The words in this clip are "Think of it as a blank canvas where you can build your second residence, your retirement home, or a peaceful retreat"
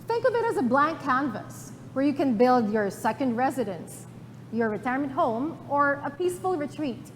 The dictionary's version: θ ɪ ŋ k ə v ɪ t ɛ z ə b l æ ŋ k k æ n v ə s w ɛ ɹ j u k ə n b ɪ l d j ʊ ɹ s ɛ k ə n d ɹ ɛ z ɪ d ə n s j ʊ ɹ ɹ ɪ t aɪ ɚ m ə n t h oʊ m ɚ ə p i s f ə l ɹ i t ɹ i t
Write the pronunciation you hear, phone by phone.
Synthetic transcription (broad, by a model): θ ɪ ŋ k ə v ɪ t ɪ z ə b l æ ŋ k k æ n v ə s w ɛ ɹ j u k ə n b ɪ l d j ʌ ɹ s ɛ k ə n d ɹ ɛ z ɪ d ə n s j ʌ ɹ ɹ ɪ t aɪ ɚ m ə n t h oʊ m ɚ ə p i s f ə l ɹ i t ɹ i t